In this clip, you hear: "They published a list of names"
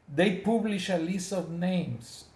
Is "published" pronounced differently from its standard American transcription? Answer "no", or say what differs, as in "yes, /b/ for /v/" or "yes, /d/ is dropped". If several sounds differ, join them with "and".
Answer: yes, /t/ is dropped